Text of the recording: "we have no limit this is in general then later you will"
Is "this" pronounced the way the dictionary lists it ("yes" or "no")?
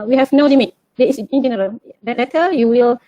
no